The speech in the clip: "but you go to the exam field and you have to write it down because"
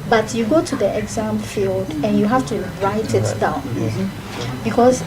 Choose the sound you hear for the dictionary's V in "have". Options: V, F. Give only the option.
F